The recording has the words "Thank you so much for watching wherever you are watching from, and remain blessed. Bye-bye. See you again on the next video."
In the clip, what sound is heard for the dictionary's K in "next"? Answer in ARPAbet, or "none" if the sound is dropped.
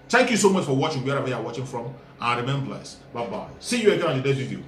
none